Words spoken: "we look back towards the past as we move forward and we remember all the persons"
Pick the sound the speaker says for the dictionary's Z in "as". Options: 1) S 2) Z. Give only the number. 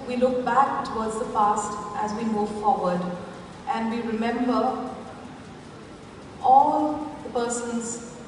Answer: 2